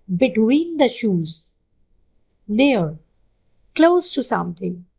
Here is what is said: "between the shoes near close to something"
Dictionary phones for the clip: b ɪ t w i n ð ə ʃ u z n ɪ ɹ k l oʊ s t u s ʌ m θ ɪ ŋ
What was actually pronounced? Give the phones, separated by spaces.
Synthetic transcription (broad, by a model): b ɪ t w i n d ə ʃ u z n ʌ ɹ k l oʊ s t u s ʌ m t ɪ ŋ